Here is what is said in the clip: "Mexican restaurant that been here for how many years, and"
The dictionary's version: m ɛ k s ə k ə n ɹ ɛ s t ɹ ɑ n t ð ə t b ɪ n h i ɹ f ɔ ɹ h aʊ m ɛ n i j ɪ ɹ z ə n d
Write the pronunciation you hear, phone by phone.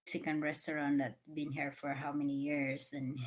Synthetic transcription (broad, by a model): s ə k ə n ɹ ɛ s t ɹ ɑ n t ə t b ɪ n h i ɹ f ɔ ɹ h aʊ m ɛ n i j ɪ ɹ s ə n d